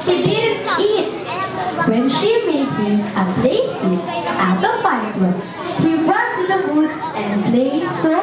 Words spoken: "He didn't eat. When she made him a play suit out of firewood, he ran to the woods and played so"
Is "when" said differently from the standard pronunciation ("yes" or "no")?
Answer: no